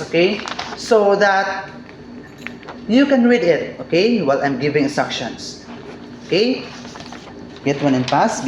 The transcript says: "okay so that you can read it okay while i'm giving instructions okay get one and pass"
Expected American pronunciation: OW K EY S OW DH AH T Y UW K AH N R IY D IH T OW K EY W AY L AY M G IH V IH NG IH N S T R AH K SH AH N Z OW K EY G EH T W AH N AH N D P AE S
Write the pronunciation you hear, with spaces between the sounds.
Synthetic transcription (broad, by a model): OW K EY S OW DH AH T Y UW K AH N R IY D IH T OW K EY W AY L AY M G IH V IH NG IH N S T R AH K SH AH N S OW K EY G EH T W AH N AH N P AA S